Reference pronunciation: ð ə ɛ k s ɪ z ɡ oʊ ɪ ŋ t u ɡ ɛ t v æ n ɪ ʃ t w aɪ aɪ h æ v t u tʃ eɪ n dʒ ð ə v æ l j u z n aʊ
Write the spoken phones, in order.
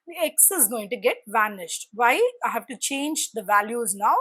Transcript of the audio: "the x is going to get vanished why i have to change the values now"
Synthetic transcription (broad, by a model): ɛ k s ɪ z ɡ oʊ ɪ ŋ t u ɡ ɛ t v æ n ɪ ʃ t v aɪ aɪ h æ v t u tʃ eɪ n dʒ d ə v æ l j u z n aʊ